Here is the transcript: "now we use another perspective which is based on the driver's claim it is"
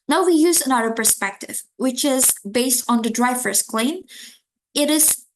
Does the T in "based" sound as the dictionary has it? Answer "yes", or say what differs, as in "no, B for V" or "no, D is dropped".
yes